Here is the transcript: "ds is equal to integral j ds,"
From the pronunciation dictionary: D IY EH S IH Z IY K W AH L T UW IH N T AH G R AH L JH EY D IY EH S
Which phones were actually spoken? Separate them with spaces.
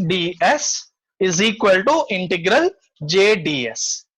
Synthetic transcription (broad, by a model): D IY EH S IH Z IY K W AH L T UW IH N T AH G R AH L JH EY D IY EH S